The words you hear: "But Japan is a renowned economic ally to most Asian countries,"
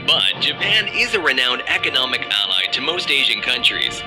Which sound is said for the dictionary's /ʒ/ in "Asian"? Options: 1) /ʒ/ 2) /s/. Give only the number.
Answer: 1